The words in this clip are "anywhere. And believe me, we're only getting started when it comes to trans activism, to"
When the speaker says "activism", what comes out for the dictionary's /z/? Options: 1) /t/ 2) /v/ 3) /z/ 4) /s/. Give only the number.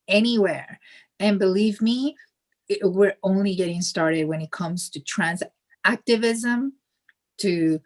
3